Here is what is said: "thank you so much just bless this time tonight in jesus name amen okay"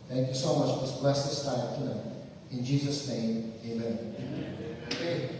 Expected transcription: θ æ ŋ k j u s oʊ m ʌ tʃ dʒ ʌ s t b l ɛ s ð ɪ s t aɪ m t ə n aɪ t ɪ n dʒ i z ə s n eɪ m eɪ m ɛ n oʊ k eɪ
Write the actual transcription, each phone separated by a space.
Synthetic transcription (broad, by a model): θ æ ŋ k j u s oʊ m ʌ tʃ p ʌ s b l ɛ s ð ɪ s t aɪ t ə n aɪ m ɪ n dʒ i z ə s n eɪ m eɪ m ɛ n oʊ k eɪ